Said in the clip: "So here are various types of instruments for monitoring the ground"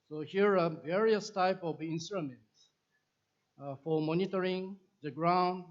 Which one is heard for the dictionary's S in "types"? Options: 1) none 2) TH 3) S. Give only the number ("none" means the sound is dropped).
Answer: 1